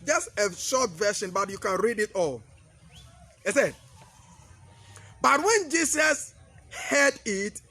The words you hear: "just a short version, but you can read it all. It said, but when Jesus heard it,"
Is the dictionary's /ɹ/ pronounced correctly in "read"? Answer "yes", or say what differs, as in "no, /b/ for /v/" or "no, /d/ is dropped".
yes